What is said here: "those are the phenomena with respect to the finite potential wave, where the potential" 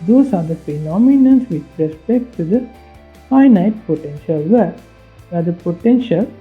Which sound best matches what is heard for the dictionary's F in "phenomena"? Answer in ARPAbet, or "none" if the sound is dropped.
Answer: P